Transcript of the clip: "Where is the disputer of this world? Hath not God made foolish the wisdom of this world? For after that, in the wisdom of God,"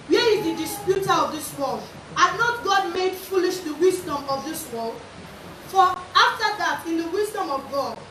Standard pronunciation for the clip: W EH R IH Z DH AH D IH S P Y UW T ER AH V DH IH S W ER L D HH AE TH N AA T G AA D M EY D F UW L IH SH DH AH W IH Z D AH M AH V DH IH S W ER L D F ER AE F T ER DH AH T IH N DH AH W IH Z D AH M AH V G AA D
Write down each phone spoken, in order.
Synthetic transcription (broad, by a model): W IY IH Z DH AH D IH S P Y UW T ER AH V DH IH S W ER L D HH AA N AA T G AA D M EY D F UW L IH SH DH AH W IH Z D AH M AH V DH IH S W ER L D F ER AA F T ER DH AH T IH N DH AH W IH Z D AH M AH V G AA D